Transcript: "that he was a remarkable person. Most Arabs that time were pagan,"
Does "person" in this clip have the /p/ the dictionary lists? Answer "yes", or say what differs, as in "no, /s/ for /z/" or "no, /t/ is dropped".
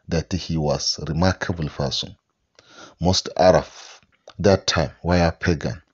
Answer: no, /f/ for /p/